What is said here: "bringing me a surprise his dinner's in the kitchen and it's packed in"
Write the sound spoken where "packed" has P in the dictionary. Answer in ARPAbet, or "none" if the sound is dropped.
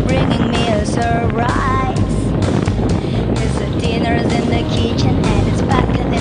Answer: B